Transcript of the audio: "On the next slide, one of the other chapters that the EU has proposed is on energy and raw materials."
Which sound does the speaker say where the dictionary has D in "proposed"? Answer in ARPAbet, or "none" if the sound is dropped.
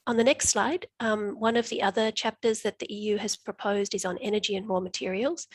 D